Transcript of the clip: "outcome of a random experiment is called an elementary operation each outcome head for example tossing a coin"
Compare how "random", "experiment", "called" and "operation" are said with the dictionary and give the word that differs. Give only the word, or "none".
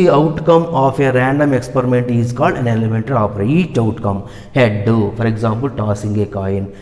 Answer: operation